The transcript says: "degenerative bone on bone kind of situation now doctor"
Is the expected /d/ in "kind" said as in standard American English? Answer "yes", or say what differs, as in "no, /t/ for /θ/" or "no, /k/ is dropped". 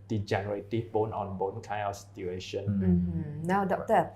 no, /d/ is dropped